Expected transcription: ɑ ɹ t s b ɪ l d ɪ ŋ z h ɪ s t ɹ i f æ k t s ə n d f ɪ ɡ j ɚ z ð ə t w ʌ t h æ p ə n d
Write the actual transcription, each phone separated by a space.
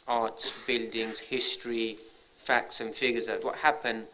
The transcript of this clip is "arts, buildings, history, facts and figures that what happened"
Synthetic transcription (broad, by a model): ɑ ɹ t s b ɪ l d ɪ ŋ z h ɪ s t ɹ i f æ k t s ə n f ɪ ɡ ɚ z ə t w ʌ t h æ p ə n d